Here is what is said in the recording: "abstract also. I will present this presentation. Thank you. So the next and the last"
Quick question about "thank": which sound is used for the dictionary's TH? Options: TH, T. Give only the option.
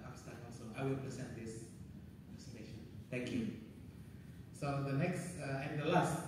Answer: T